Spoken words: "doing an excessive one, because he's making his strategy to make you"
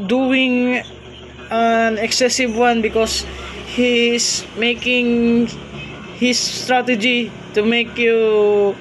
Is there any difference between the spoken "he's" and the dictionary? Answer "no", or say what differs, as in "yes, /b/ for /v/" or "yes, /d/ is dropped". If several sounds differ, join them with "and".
yes, /s/ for /z/